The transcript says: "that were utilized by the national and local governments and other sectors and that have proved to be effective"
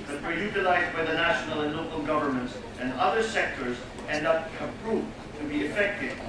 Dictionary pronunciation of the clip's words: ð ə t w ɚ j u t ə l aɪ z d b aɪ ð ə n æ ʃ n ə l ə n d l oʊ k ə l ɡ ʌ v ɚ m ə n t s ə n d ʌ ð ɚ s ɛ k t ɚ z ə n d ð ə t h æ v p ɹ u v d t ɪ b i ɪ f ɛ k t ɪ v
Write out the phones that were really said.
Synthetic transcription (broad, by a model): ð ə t w ɚ j u t ə l aɪ z d b aɪ ð ə n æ ʃ n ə l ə n l oʊ k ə l ɡ ʌ v ɚ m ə n t s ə n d ʌ ð ɚ s ɛ k t ɚ z ə n d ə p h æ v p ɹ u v t ɪ b i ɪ f ɛ k t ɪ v